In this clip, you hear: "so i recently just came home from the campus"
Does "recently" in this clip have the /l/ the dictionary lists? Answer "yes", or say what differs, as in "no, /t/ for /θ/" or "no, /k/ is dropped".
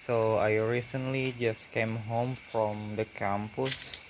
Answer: yes